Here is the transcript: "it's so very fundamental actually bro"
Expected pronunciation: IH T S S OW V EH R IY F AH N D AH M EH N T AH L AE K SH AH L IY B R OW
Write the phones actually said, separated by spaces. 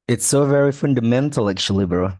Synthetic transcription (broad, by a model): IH T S S OW V EH R IY F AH N D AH M EH N T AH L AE K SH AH L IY B R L